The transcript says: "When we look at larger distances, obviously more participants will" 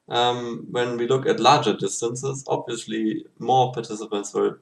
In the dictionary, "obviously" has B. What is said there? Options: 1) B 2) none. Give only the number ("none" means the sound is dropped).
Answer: 1